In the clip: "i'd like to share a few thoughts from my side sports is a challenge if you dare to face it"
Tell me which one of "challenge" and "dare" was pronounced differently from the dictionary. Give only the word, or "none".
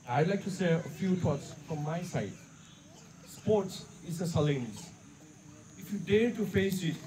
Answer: challenge